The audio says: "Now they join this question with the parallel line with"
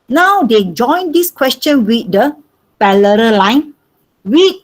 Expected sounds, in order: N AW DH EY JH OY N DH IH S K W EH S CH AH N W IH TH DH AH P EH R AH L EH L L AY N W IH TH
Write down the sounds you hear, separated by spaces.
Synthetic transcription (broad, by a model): N AW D EY JH OY N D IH S K W EH S CH AH N W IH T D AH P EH L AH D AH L L AY N W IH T